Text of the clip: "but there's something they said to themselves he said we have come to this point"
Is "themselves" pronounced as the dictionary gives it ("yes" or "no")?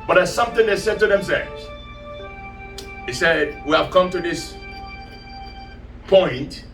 yes